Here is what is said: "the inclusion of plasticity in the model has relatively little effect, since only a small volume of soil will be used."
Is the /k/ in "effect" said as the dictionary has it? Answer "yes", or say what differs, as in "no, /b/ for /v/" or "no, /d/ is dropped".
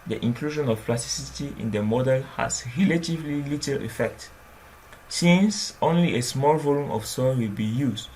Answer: yes